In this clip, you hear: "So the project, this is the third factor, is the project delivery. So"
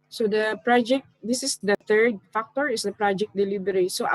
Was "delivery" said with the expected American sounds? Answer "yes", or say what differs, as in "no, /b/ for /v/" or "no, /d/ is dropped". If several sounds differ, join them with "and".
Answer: no, /b/ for /v/